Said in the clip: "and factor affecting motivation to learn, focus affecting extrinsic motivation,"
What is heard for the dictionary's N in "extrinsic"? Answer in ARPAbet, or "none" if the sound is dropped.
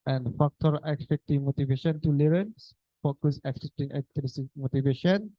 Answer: none